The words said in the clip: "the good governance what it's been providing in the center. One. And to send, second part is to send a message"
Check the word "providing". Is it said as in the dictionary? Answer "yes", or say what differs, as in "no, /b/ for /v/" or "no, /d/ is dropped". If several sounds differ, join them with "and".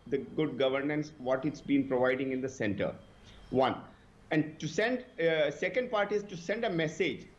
yes